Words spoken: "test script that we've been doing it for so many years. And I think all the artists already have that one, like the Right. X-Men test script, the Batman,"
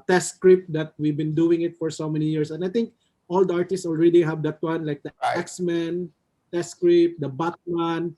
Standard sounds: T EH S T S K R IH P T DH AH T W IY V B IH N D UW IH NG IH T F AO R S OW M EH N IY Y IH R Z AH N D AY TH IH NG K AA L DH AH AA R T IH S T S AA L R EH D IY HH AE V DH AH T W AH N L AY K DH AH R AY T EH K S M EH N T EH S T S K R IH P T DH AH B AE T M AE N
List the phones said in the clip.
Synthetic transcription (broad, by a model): T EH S S K R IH P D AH T W IY V B IH N D UW IH NG IH T F AO R S OW M EH N IY Y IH R S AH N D AY T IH NG K AA L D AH AA R T IH S T S AA L R EH D IY HH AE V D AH T W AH N L AY K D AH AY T EH K S M EH N T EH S S K R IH P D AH B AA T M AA N